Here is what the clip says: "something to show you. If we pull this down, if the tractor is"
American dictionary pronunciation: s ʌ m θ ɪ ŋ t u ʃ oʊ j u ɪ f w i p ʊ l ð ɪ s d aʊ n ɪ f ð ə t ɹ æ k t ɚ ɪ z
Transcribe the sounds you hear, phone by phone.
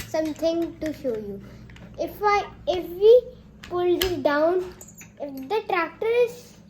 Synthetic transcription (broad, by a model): s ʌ m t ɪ ŋ t u ʃ oʊ j u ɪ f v i p ʊ l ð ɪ d aʊ n ɪ f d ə t ɹ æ k t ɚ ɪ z